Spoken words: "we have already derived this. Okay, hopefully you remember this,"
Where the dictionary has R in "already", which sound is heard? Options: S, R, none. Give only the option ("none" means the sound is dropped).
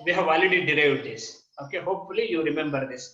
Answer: none